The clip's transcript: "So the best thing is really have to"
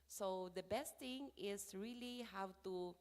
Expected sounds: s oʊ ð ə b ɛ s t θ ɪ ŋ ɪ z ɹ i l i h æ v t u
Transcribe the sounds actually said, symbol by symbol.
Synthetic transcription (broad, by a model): s oʊ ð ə b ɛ s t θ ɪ ŋ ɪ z ɹ i l i h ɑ w t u